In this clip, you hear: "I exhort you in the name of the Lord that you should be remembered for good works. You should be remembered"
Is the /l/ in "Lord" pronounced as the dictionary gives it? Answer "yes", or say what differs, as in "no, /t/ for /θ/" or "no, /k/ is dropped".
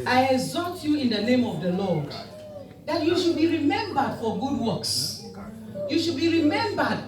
yes